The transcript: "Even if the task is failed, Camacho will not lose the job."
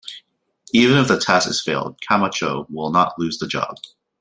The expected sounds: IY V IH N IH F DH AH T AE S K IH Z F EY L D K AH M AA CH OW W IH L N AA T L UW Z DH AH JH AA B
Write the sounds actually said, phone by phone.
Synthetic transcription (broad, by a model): IY V IH N IH F DH AH T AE S IH Z F EY L D K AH M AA CH OW W IH L N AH T L UW Z DH AH JH AA B